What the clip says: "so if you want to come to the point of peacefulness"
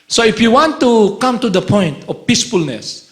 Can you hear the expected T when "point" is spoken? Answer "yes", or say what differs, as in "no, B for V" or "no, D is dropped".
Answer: yes